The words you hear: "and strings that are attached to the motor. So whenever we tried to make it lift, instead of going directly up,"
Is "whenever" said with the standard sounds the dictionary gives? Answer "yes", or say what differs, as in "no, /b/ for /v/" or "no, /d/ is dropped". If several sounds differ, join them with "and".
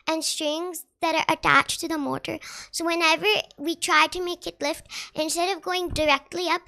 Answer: yes